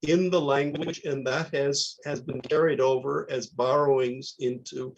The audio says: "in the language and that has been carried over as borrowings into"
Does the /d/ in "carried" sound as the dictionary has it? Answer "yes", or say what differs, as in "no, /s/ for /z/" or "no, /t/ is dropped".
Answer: yes